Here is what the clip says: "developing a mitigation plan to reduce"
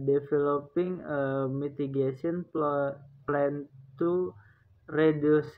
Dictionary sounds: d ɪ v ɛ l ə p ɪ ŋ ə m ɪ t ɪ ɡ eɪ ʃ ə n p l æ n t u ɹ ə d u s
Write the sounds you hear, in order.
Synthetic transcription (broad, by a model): d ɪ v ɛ l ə p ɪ ŋ ə m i t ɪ ɡ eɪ s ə n p l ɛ n t u ɹ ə d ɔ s